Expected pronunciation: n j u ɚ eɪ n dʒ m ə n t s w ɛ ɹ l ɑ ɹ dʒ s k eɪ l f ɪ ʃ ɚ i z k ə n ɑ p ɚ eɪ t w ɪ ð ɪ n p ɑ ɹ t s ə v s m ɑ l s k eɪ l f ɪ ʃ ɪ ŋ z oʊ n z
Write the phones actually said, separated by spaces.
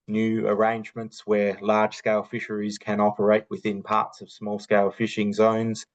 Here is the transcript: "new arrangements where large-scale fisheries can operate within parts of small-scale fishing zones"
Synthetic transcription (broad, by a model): n j u ɚ eɪ n dʒ m ə n t s w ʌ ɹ l ɑ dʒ s k eɪ l f ɪ ʃ ɚ i z k ə n ɑ p ɚ eɪ t w ɪ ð ɪ n p ɑ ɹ t s ə v s m ɑ l s k eɪ l f ɪ ʃ ɪ ŋ z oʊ n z